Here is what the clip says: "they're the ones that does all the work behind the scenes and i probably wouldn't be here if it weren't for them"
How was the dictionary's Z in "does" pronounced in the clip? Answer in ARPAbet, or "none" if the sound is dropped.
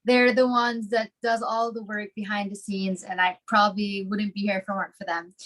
Z